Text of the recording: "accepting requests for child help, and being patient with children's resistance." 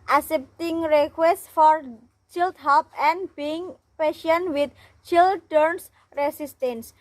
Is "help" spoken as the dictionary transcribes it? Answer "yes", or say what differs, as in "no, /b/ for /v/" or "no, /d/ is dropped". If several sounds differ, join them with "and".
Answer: no, /l/ is dropped